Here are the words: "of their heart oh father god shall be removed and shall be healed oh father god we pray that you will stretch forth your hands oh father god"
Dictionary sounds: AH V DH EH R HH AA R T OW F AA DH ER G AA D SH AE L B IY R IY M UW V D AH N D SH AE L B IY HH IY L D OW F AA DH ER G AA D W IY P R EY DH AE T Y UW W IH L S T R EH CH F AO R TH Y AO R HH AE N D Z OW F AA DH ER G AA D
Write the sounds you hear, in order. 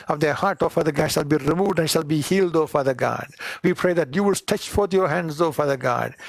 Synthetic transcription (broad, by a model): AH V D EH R HH AA R T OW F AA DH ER G AA D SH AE L B IY R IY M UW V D AH N D SH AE L B IY HH IY L D OW F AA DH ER G AA D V IY P R EY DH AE T Y UW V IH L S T EH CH F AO R T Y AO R HH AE N D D OW F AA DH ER G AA D